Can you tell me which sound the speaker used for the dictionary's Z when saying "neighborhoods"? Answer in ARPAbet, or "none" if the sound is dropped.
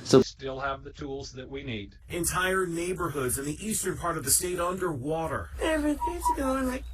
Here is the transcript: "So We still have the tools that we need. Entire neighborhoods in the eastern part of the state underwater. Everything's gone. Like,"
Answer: Z